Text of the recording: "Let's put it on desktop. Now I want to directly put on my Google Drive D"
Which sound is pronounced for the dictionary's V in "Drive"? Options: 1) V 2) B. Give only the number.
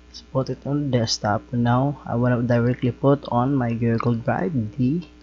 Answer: 2